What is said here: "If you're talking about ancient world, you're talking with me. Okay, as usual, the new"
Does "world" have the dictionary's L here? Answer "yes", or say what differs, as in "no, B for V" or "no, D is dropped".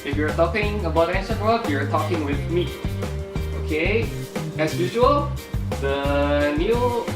no, L is dropped